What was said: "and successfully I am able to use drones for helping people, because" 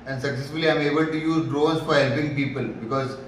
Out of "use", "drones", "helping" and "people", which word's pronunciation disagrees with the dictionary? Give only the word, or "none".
drones